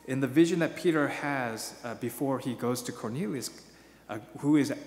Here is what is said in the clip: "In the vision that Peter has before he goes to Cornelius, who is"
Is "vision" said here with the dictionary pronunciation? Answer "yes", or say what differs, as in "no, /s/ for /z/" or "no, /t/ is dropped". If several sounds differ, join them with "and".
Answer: yes